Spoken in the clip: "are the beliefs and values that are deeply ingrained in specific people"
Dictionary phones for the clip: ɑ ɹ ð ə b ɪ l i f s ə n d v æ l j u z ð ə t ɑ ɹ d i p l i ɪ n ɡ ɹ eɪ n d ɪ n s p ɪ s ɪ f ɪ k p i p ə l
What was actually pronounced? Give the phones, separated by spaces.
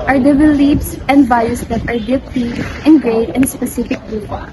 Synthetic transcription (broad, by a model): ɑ ɹ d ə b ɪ l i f s ə n d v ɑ j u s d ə t ɑ ɹ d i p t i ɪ n ɡ ɹ eɪ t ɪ n s p ɪ s ɪ f ɪ k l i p